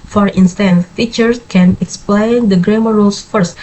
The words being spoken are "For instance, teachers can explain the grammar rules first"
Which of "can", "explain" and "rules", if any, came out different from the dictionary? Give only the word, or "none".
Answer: rules